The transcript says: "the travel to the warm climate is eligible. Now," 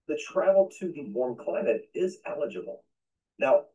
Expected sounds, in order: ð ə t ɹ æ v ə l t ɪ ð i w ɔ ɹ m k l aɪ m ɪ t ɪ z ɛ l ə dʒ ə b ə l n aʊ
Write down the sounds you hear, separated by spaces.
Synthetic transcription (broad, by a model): ð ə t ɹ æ ə l t ɪ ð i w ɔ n k l aɪ m ɪ t ɪ z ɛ l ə dʒ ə b l n aʊ